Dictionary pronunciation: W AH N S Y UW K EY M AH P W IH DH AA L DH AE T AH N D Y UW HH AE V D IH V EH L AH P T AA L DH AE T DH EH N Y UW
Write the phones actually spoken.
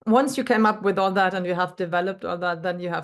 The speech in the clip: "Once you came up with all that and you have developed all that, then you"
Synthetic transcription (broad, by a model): W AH N S Y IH K EY M AH P W IH DH AA L DH AE T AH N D Y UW HH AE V D IH V EH L AH P T AA L DH AE T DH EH N Y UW